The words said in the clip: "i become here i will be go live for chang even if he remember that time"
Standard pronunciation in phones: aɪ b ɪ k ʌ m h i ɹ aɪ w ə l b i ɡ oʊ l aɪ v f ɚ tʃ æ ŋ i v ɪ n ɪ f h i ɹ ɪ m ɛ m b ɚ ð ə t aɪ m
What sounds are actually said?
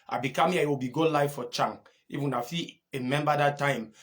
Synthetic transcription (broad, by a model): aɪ b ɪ k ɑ m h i aɪ w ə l b i ɡ oʊ l aɪ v f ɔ tʃ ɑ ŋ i f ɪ n ɪ f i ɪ m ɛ m b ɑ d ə t aɪ m